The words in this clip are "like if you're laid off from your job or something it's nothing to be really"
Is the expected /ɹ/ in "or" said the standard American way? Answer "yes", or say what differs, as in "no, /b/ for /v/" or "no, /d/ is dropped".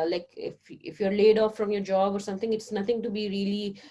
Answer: yes